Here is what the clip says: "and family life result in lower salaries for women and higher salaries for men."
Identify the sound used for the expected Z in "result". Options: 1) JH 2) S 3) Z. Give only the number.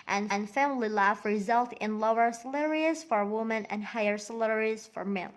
3